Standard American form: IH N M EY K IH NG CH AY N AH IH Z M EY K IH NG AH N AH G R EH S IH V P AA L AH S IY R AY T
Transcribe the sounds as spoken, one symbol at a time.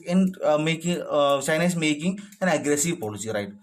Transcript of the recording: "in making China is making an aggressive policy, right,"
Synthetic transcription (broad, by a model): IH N M EY K IH NG S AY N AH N S M EY K IH NG AH N AH G R EH S IH V P AA L AH S IY R AY T